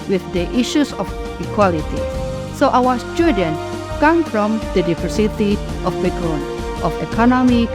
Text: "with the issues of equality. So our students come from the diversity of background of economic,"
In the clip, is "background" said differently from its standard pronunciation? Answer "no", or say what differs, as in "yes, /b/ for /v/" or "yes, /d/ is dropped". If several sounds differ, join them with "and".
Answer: yes, /d/ is dropped